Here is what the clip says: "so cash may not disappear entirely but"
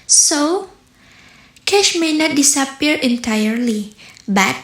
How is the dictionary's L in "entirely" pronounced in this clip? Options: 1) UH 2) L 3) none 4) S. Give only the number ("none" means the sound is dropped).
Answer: 2